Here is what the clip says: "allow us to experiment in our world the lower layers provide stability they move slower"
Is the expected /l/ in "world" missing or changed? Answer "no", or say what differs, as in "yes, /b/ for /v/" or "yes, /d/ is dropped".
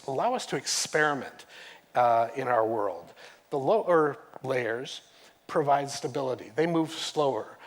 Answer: no